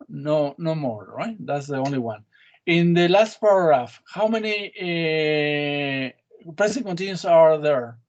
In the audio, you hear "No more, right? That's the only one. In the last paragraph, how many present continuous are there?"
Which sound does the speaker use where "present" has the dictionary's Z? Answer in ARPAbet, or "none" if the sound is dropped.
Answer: S